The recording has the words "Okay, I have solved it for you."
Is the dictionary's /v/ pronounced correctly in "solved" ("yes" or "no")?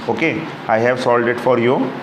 no